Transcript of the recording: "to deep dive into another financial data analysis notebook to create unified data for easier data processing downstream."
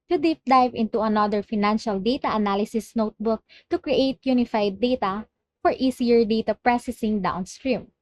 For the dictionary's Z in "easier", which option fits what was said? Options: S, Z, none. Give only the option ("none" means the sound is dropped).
S